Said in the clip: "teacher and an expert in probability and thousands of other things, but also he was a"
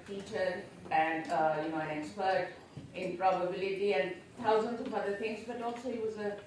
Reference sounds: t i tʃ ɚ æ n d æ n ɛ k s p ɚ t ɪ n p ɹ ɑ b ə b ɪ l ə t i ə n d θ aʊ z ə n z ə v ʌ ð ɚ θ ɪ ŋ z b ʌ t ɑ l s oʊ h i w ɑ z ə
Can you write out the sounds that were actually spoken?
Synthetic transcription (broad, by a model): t i tʃ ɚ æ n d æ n ɛ k s p ɚ t ɪ n p ɹ ɑ b ə b ɪ l ə t i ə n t aʊ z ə n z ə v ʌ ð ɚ t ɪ ŋ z b ʌ t ɑ l s oʊ h i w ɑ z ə